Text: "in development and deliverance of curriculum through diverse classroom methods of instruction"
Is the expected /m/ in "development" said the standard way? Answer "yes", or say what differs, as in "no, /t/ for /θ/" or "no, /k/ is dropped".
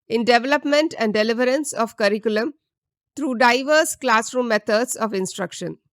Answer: yes